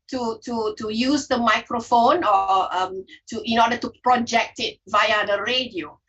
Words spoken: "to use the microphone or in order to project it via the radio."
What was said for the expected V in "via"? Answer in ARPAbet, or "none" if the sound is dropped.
V